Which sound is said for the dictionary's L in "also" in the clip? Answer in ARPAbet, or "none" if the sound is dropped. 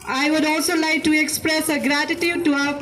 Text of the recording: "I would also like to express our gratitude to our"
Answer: L